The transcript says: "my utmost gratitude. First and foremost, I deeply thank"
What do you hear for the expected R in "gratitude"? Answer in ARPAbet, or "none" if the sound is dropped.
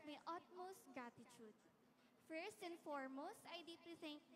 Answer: none